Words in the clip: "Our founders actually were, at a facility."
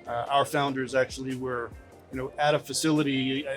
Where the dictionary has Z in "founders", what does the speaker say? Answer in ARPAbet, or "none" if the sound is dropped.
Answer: Z